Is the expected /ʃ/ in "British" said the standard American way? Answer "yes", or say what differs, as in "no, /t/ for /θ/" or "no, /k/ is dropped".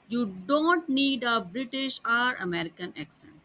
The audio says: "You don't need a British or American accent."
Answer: yes